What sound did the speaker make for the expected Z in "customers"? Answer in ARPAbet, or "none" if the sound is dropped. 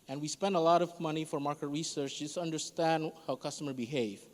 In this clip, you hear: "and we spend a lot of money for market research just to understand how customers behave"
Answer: none